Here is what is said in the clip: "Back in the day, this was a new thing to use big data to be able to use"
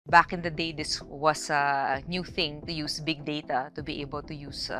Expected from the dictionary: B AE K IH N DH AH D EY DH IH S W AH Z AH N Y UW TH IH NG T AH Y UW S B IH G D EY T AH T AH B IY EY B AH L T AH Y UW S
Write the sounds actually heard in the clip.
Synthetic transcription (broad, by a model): B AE K IH N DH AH D EY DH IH S W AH S AH N Y UW TH IH NG T AH Y UW S B IH G D EY T AH T AH B IY EY B AH L T AH Y UW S